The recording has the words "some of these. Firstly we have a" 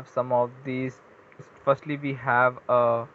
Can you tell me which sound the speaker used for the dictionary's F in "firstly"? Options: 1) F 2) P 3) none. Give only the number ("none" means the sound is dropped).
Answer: 1